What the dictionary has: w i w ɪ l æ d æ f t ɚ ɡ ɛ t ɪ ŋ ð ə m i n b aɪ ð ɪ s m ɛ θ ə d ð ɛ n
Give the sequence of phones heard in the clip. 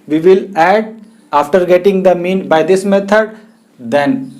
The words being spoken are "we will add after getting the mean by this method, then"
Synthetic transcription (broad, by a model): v i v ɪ l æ d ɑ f t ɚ ɡ ɛ t ɪ ŋ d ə m i n b aɪ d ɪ s m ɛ t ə d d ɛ n